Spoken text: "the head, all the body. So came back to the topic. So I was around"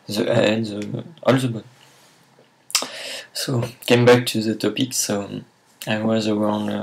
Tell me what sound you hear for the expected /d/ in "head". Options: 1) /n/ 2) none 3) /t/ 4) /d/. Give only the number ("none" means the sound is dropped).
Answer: 2